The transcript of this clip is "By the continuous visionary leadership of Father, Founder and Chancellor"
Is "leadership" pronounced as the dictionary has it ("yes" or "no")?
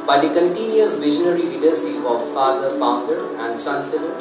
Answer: no